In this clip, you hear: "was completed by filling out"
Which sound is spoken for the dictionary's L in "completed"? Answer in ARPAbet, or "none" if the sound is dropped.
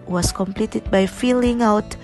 L